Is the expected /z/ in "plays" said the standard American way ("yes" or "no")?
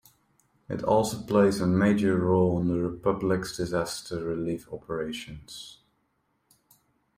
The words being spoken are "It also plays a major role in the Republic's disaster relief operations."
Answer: yes